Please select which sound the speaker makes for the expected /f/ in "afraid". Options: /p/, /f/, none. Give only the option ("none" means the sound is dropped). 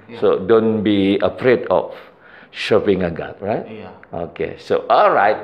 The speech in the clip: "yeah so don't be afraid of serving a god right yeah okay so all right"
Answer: /p/